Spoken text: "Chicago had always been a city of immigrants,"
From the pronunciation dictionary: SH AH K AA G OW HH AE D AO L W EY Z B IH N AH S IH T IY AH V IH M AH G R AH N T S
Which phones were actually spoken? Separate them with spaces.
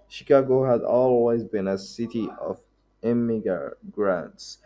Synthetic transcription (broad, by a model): SH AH K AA G OW HH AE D AO L W EY Z B IH N AH S IH T IY AH V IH M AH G R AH N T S